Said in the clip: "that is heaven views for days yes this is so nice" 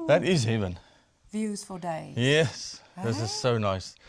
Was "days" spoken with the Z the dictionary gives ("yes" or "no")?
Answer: no